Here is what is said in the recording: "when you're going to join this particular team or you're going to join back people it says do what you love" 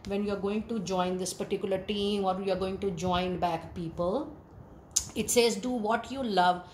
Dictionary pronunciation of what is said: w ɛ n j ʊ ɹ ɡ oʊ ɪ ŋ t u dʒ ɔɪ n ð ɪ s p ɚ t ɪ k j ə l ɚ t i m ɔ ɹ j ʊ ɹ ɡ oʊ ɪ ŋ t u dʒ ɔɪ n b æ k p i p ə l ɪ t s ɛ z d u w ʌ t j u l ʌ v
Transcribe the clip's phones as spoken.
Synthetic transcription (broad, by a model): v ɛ n j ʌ ɹ ɡ oʊ ɪ ŋ t u dʒ ɔɪ n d ɪ s p ɚ t ɪ k j ə l ɚ t i m ɔ ɹ j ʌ ɹ ɡ oʊ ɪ ŋ t u dʒ ɔɪ n b æ k p i p ə l ɪ t s ɛ z d u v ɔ t j u l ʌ v